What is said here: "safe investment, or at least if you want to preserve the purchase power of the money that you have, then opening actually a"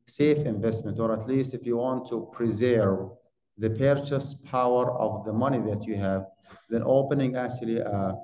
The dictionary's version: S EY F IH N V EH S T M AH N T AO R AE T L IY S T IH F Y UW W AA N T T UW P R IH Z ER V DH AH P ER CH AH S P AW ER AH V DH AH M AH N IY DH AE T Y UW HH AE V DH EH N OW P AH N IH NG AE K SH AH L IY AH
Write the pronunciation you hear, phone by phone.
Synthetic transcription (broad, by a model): S EY F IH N V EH S T M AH N T AO R AE T L IY S T IH F Y UW W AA N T T UW P R IH Z ER V DH AH P ER CH AH S P AW ER AH V DH AH M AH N IY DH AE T Y UW HH AE V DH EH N OW P AH N IH NG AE K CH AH L IY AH